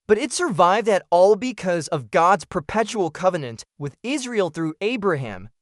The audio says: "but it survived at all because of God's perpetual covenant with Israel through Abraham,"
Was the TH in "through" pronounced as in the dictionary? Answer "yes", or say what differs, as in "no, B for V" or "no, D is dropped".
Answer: yes